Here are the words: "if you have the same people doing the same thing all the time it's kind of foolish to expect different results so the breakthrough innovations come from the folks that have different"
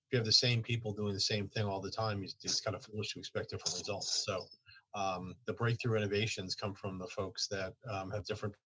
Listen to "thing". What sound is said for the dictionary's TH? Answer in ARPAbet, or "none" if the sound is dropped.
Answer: TH